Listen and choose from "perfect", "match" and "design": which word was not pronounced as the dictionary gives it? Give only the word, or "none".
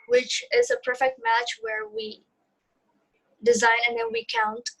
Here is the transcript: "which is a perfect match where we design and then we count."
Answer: none